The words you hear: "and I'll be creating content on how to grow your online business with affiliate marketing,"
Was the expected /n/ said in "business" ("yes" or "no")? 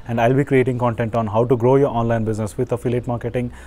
yes